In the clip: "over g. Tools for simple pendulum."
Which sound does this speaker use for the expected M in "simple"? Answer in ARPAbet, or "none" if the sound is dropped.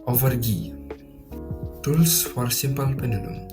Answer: M